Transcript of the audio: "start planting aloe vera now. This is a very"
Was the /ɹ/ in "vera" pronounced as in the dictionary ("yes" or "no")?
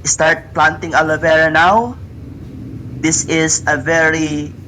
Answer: yes